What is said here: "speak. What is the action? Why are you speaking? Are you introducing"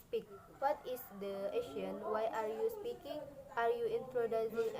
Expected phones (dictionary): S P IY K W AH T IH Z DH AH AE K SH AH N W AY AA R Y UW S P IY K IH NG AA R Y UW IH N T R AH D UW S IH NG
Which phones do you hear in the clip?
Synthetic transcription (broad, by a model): S P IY K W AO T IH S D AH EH SH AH N W AY AA R Y UW S P IY K IH NG AA R Y UW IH N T R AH D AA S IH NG